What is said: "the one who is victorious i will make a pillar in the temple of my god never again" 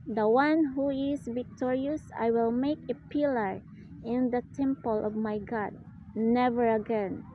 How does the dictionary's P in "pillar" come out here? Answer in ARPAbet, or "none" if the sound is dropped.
P